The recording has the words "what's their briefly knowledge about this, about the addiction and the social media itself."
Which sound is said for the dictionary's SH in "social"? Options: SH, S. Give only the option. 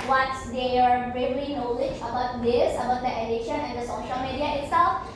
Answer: SH